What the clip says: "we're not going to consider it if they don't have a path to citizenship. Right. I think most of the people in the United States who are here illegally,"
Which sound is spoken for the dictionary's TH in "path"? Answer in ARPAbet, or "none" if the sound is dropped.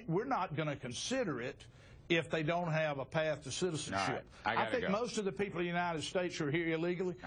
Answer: TH